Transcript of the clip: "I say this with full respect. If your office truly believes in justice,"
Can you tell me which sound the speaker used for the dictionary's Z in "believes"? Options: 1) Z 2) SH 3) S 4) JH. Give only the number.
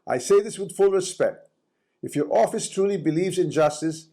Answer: 1